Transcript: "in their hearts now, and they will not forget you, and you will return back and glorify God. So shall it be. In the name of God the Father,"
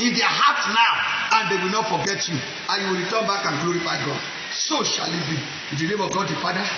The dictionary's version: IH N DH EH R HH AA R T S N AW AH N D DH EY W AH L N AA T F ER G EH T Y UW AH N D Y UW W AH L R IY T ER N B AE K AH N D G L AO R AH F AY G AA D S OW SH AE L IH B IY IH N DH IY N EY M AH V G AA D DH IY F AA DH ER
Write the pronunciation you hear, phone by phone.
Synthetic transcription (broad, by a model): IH N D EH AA HH AA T N AW AH N D EY W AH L N AA T F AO G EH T Y UW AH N Y UW W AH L R IY T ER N B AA K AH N G L AO R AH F AY G AA D S OW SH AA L IH B IY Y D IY L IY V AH G AA D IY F AA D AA